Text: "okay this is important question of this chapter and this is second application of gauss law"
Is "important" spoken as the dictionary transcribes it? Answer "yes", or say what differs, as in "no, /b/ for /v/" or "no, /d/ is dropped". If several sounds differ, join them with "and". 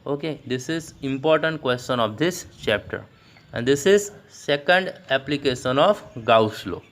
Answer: yes